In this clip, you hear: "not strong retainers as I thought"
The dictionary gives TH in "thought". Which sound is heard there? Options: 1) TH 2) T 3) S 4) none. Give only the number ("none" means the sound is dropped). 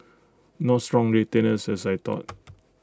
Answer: 2